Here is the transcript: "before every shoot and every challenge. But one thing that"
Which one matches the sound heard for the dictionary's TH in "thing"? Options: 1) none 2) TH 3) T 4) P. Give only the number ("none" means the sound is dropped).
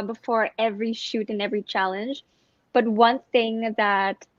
2